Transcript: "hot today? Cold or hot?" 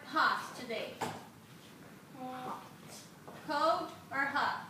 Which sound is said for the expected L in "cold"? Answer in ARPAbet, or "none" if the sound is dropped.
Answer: none